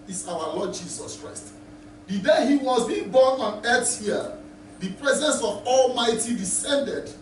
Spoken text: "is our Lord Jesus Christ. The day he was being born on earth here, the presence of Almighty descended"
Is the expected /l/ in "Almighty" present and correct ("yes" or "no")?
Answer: yes